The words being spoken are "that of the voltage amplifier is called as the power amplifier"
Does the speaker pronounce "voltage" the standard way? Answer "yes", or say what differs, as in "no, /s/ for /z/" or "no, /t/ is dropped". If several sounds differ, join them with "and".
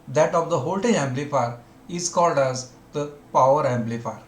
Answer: no, /dʒ/ is dropped